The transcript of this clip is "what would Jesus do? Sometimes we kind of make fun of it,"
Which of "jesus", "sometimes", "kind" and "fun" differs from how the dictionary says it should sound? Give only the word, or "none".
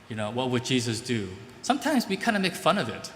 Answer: none